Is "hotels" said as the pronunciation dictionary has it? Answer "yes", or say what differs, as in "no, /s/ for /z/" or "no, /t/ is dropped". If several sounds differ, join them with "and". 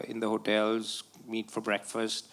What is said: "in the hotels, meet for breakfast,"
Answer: yes